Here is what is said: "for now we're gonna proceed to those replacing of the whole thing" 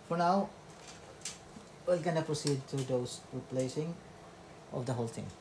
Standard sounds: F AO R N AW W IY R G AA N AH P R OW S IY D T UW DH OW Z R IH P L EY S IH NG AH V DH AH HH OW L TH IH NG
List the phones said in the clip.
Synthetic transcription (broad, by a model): F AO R N AW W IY L G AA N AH P R OW S IY D T UW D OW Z R IH P L EY S IH NG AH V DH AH HH OW L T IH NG